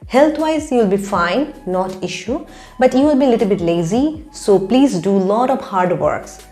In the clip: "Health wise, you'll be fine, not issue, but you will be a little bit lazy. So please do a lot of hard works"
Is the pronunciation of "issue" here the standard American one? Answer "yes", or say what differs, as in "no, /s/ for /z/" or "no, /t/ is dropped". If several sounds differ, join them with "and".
yes